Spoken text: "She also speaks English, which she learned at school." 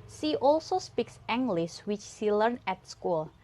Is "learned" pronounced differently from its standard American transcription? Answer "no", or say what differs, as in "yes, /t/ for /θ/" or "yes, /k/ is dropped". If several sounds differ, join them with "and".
yes, /d/ is dropped